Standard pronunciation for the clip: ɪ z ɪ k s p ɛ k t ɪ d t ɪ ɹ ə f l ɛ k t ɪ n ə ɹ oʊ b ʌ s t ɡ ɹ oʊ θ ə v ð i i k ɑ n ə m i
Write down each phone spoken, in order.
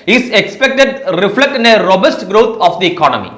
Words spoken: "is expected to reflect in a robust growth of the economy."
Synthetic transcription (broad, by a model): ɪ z ɪ k s p ɛ k t ɪ d t ɪ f l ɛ k t ɪ n ə ɹ oʊ b ʌ s t ɡ ɹ oʊ t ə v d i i k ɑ n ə m i